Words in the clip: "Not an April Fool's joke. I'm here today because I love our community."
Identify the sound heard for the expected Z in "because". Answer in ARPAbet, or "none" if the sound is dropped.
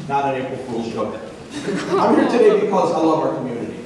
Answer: Z